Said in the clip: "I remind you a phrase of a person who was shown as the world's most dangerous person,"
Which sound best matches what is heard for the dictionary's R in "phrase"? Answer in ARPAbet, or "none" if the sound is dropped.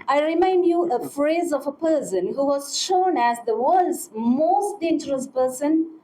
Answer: R